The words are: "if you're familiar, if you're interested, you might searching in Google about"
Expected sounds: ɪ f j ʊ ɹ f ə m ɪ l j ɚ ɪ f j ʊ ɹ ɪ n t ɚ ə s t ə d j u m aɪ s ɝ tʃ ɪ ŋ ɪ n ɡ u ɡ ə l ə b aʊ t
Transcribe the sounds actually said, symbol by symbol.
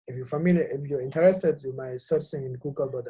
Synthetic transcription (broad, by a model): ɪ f j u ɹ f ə m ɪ l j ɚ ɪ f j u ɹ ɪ n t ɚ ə s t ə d j u m aɪ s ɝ s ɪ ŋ ɪ n ɡ u ɡ ə l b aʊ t